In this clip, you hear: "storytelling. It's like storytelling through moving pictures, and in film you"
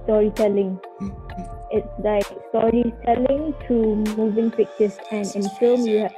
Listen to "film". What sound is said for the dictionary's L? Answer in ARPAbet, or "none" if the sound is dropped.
none